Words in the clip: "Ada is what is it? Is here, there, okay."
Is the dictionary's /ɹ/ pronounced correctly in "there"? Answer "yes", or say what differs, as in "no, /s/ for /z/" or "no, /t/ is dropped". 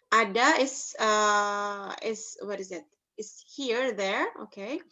yes